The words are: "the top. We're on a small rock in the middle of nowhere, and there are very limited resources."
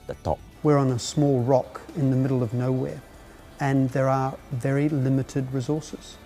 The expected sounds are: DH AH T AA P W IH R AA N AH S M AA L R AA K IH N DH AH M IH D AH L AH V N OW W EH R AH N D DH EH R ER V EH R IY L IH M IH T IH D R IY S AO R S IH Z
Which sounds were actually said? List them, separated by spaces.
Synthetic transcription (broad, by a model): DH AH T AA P W IH R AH N AH S M AA L R AA K IH N DH AH M IH D L AH V N OW W EH R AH N DH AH R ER V EH R IY L IH M IH T IH D R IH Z AO R S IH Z